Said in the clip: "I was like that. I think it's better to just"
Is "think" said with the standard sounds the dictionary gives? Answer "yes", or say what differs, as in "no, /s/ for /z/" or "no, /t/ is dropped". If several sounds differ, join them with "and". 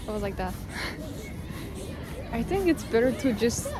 yes